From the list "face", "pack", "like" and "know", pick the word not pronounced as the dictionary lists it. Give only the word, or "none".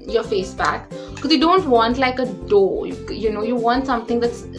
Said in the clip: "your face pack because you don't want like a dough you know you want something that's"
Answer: pack